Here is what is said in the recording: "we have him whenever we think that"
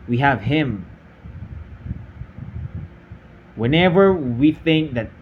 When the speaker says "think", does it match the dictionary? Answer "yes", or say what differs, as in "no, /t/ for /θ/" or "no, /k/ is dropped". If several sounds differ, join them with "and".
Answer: yes